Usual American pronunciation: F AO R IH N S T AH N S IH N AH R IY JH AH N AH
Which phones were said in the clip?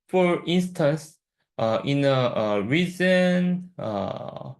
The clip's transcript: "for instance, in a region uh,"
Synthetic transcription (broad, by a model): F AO R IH N S T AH N S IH N AH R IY Z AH N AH